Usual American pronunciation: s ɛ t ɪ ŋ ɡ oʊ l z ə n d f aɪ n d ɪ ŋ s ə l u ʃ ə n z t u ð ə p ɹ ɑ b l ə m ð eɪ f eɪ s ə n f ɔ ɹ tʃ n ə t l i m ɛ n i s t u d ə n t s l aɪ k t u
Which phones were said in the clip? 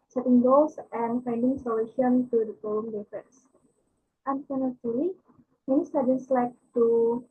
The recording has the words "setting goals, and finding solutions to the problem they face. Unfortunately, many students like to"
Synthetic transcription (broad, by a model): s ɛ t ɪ ŋ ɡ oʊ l s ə n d f aɪ n d ɪ ŋ s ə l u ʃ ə n t u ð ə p ɑ l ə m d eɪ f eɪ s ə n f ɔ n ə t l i m ɛ n i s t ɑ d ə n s l aɪ k t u